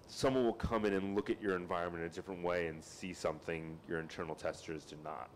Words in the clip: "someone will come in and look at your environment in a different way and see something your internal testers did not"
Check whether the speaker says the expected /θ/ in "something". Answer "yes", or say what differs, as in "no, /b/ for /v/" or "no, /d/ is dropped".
yes